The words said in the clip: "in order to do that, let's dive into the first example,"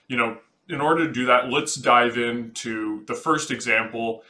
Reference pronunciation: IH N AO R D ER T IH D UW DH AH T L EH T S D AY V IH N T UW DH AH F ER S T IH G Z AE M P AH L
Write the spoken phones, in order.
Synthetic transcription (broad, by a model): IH N AO R D ER T IH D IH DH AH T L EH T S D AY V IH N T UW DH AH F ER S T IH G Z AE M P L